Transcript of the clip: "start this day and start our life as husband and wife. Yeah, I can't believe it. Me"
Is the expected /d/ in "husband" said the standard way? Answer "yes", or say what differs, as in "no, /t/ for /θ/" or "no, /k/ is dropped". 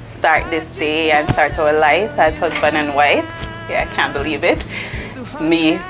no, /d/ is dropped